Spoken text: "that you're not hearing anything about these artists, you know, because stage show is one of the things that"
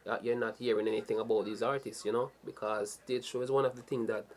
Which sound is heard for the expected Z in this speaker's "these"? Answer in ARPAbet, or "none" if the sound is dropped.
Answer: Z